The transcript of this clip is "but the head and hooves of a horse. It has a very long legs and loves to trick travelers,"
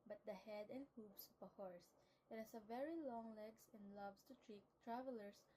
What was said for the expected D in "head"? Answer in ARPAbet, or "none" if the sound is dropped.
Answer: D